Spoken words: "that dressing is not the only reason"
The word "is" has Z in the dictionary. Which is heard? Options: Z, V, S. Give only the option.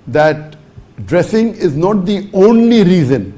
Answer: Z